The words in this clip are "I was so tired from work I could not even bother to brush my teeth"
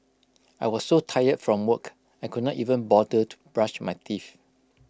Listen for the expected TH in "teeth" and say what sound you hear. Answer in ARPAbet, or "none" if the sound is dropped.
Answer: F